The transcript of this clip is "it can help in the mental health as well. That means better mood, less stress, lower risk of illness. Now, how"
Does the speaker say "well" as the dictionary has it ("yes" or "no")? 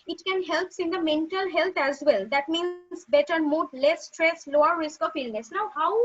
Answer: yes